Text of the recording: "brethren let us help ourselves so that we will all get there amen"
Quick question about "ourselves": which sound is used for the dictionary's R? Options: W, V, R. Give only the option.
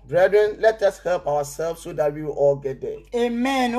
W